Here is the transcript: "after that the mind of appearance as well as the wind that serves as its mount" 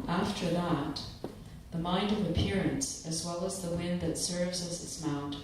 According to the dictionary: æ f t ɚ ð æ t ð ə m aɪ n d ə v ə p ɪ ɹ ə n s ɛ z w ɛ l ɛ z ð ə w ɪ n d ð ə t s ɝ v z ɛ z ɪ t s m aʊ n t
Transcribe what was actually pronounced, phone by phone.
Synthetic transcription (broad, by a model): æ f t ɚ ð æ t ð ə m aɪ n d ə v ə p ɪ ɹ ə n s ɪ z w ɛ l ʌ z ð ə w ɪ n ð ə t s ɝ v z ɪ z ɪ t s m aʊ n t